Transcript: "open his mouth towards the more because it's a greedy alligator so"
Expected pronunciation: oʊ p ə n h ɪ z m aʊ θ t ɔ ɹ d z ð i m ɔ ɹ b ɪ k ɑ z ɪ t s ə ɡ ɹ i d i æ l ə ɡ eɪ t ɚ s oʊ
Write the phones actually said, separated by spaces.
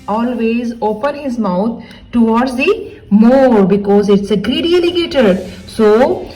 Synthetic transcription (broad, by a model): oʊ p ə n h ɪ z m aʊ t t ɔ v d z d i m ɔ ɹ b ɪ k ɑ z ɪ t s ə ɡ ɹ i d i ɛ l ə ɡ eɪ t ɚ s oʊ